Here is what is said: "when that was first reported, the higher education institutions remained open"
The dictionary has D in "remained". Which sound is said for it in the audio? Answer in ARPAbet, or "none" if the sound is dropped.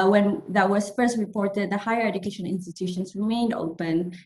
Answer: D